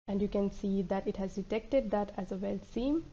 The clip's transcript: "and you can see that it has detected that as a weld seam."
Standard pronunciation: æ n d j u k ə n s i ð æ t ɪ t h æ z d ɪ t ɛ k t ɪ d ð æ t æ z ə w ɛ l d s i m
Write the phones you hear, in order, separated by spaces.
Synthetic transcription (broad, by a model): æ n d j u k ə n s i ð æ t ɪ t h æ z d ɪ t ɛ k t ɪ d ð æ t æ z ə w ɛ l s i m